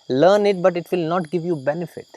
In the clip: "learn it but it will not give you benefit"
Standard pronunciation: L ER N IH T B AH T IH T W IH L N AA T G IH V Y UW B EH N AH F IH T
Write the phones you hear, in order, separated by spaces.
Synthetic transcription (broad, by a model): L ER N IH T B AH T IH T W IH L N AA T G IH V Y UW B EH N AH F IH T